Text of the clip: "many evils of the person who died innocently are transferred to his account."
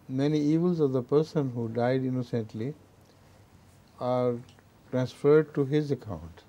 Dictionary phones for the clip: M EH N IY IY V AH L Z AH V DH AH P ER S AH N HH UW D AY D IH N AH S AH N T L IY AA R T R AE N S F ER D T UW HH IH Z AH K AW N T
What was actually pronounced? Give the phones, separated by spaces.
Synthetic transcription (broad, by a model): M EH N IY IY V AH L Z AH V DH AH P ER S AH N HH UW D AY D IH N AH S AH N T L IY AA R T R AE N S F ER D T UW HH IH Z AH K AW N T